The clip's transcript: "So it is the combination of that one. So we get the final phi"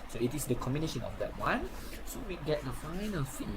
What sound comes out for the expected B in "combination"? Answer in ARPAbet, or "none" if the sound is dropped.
B